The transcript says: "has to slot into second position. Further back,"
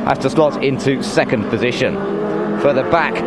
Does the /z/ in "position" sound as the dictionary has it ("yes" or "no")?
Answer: yes